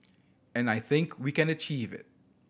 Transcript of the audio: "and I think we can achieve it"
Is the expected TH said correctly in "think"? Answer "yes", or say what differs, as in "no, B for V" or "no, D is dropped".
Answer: yes